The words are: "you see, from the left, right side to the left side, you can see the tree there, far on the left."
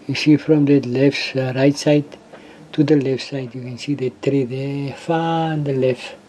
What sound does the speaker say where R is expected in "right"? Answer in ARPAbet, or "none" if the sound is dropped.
R